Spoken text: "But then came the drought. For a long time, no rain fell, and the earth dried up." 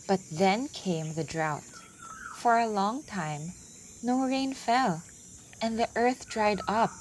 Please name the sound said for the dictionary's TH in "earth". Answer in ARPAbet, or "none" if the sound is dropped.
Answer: TH